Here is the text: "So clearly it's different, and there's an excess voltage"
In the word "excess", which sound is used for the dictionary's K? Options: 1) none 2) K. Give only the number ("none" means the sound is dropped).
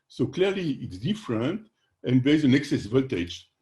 2